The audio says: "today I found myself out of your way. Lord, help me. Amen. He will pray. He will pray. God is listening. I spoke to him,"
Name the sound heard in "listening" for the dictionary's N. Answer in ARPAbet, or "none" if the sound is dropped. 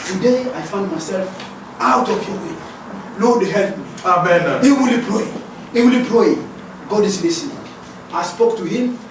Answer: none